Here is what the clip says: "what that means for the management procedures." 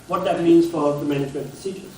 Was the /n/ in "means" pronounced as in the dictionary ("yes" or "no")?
yes